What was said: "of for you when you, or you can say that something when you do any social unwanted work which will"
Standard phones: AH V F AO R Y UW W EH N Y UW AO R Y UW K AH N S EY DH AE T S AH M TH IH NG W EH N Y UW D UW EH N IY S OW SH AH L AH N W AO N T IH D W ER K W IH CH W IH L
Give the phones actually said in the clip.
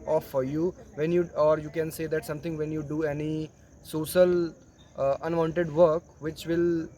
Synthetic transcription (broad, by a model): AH F AO R Y UW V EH N Y UW AO R Y UW K AH N S EY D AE T S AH M T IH NG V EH N Y UW D UW EH N IY S OW SH AH L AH N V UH N T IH D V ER K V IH CH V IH L